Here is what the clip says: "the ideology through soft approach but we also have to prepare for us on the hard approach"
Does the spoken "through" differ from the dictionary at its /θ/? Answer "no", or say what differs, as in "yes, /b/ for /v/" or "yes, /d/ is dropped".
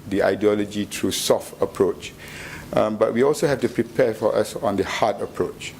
yes, /t/ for /θ/